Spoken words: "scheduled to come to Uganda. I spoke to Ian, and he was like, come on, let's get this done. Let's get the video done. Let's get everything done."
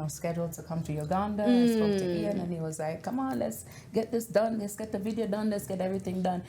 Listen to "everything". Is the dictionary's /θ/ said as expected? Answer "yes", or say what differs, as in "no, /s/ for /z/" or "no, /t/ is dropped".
yes